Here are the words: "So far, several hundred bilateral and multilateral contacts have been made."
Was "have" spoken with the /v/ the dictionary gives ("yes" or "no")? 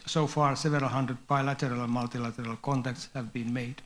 yes